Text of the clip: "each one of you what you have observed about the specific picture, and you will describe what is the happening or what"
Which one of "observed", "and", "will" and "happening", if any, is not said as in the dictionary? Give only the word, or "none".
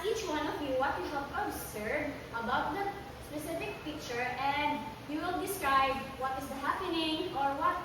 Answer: observed